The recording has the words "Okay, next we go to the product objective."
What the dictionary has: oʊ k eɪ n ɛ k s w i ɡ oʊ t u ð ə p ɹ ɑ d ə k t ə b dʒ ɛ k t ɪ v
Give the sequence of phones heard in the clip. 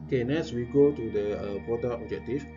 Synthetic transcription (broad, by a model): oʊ k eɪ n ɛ s w i ɡ oʊ t u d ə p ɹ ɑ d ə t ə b dʒ ɛ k t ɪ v